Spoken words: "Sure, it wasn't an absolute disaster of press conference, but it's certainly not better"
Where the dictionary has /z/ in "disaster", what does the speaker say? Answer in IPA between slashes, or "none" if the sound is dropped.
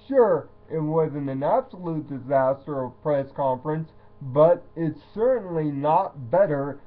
/z/